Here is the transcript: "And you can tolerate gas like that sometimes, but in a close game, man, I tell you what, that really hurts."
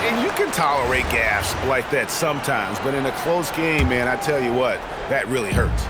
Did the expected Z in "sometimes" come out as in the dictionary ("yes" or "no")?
yes